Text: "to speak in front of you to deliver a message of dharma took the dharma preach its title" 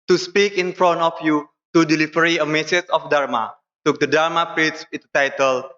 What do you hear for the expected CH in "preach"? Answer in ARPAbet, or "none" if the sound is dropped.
S